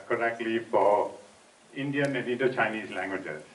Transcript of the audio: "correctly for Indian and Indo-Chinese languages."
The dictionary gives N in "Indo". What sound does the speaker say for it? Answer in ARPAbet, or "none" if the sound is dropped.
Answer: none